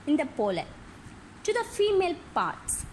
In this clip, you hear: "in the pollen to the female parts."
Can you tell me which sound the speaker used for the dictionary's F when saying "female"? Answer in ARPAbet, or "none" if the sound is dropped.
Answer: F